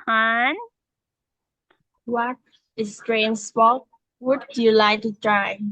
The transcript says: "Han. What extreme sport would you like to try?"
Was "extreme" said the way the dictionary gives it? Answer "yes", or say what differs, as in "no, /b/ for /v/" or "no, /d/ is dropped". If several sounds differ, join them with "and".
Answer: no, /k/ is dropped